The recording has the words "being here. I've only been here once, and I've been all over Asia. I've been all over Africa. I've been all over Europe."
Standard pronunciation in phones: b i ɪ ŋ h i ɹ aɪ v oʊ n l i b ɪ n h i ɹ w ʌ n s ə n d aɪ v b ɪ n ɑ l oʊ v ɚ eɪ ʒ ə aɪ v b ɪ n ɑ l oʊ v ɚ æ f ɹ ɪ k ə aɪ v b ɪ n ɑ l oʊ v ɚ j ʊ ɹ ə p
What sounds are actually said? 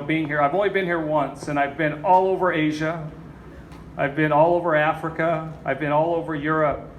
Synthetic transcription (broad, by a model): b i ɪ ŋ h i ɹ aɪ v oʊ n l i b ɪ n h i ɹ w ʌ n s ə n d aɪ v b ɪ n ɑ l oʊ v ɚ eɪ ʒ ə aɪ v b ɪ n ɑ l oʊ v ɚ æ f ɹ ɪ k ə aɪ v b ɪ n ɑ l oʊ v ɚ j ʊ ɹ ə p